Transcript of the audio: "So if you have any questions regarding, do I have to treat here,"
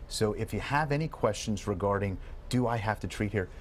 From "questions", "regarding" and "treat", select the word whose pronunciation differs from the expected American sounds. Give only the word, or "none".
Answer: none